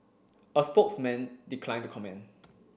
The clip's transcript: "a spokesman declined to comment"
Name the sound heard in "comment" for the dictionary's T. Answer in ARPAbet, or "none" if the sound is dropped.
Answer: none